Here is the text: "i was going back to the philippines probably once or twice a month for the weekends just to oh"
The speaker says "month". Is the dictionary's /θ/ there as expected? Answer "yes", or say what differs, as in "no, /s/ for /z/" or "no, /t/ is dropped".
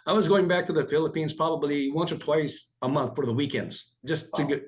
yes